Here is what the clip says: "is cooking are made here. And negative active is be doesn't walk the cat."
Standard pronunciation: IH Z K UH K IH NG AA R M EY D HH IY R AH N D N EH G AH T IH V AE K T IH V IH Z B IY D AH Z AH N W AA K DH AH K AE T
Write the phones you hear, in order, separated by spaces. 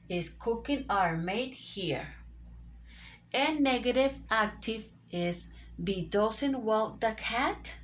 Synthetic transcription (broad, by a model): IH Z K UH K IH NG AA R M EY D HH IY R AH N N EH G AH T IH V AE K T IH V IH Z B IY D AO S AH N W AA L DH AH K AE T